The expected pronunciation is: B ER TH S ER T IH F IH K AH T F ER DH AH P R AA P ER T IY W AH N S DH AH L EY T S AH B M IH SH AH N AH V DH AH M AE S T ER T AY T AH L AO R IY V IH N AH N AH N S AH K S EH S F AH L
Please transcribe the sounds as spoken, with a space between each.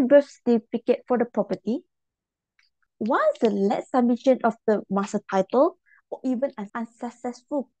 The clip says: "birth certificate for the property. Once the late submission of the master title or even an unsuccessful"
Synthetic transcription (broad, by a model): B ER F S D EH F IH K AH T F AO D AH P R AA P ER T IY W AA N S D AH L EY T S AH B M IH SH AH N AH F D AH M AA S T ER T AY T AH L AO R IY V IH N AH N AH N S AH K S EH S F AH L